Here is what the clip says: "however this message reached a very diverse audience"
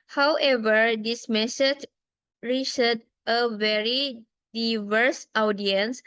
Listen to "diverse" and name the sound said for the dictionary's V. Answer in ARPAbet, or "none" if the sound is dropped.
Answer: V